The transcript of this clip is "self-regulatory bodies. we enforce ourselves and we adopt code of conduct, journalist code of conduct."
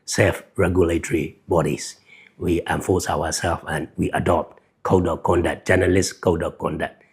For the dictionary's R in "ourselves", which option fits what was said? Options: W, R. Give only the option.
W